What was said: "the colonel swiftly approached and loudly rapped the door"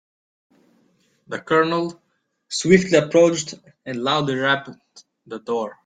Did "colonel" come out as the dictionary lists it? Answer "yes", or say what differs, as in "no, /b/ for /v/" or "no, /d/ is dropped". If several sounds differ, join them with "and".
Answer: yes